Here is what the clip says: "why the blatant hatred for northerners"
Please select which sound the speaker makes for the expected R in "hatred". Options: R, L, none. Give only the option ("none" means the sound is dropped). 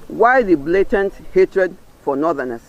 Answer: R